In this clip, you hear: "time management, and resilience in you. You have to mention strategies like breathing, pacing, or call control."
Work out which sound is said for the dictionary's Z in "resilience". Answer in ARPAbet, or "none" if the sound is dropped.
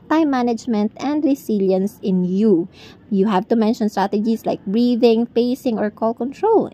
S